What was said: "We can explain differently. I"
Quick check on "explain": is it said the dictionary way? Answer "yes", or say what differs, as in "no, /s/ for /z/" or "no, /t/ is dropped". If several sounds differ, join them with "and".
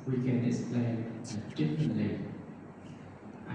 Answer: no, /k/ is dropped